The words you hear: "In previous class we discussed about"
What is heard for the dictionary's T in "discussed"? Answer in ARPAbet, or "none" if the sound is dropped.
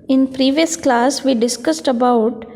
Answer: T